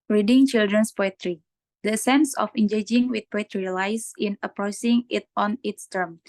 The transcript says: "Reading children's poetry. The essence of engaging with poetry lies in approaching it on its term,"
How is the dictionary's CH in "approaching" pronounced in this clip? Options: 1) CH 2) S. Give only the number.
2